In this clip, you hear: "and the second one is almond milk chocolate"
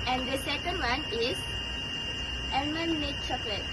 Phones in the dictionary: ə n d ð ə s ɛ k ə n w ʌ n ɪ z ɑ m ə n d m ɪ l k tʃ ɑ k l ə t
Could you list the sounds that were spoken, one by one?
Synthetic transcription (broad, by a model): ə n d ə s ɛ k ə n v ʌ n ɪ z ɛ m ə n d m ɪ k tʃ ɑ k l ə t